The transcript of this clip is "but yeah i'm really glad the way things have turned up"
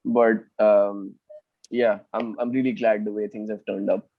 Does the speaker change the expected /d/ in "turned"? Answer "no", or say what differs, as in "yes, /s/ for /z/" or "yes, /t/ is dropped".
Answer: no